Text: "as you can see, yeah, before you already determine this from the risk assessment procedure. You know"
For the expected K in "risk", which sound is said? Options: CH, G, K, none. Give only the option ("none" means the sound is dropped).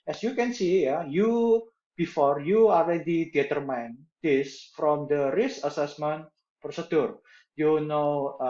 none